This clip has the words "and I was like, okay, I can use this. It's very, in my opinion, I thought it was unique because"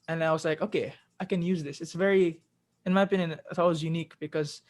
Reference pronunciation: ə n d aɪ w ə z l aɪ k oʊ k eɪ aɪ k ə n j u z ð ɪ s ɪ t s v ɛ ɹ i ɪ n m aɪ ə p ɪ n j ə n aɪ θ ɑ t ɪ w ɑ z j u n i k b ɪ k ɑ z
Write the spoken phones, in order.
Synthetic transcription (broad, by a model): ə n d aɪ w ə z l aɪ k oʊ k eɪ aɪ k ə n j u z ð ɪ s ɪ t s v ɛ ɹ i ɪ n m aɪ ə p ɪ n j ə n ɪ t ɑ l w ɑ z j u n i k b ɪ k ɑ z